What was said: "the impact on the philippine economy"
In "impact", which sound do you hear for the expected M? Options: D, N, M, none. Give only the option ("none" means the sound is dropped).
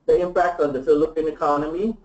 M